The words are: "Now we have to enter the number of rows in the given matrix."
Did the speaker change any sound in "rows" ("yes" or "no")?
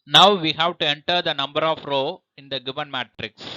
yes